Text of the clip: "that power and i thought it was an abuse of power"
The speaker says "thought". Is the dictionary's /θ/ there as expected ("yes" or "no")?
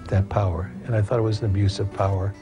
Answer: yes